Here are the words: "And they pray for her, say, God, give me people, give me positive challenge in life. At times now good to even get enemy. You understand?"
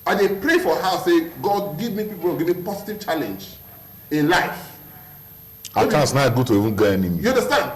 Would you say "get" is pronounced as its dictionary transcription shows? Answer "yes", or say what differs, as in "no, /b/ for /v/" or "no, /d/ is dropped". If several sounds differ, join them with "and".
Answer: no, /t/ is dropped